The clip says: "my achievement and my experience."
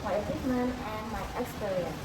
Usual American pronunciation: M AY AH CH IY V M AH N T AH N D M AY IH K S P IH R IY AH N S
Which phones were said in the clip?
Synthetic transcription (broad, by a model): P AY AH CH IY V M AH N AH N M AY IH K S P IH R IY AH N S